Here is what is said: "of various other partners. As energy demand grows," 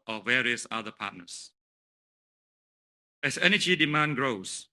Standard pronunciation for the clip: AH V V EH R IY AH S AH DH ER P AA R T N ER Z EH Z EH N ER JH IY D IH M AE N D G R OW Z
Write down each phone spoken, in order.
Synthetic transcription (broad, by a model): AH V V EH R IY AH S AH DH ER P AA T N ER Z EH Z EH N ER JH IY D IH M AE N G R OW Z